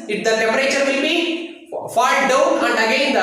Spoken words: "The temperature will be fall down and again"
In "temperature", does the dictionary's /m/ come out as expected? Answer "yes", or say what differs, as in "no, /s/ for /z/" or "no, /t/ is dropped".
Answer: no, /m/ is dropped